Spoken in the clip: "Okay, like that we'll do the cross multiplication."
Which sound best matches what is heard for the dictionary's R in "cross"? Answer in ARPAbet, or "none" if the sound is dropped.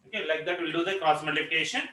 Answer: none